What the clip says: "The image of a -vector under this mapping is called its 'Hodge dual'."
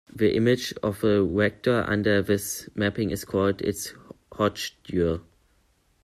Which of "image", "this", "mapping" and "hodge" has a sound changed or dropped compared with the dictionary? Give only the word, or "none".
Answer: hodge